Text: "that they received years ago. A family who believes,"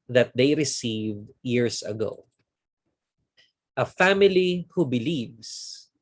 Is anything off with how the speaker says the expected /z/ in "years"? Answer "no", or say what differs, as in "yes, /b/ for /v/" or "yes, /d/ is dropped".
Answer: yes, /s/ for /z/